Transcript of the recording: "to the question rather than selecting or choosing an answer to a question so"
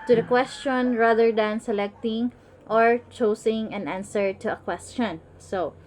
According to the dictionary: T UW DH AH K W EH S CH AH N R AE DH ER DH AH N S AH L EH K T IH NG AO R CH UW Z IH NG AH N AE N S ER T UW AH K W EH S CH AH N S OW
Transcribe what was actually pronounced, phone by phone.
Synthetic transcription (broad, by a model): T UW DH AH K W EH S CH AH N R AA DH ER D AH N S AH L EH K T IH NG AO R CH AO S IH NG AH N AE N S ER T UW AH K W EH S CH AH N S OW